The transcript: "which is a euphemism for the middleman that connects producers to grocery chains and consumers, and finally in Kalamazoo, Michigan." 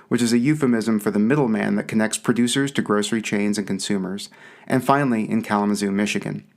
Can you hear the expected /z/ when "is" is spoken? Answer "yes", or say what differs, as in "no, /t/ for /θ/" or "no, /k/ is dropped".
yes